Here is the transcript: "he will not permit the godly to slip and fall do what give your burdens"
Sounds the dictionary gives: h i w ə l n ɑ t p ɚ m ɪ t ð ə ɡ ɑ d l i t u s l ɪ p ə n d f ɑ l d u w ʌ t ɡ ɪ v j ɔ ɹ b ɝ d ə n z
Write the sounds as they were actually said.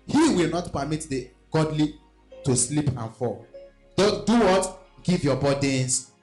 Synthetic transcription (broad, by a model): h i w ə l n ɑ t p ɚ m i t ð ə ɡ ɑ d l i t u s l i p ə n f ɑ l d u w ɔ t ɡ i v j ɔ b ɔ d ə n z